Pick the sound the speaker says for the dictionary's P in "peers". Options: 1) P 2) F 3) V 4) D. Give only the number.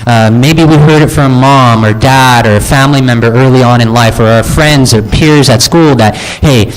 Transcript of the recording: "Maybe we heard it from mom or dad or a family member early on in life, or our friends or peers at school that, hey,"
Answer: 1